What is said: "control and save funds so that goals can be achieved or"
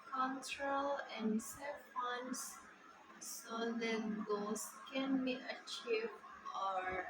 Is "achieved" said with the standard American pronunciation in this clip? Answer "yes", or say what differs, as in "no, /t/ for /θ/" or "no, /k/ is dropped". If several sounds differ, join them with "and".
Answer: no, /d/ is dropped